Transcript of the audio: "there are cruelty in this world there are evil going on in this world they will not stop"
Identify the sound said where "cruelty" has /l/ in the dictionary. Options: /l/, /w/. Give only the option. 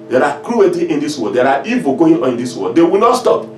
/w/